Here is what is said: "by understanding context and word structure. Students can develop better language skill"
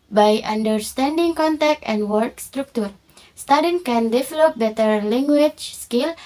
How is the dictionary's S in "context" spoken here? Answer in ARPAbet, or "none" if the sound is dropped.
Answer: none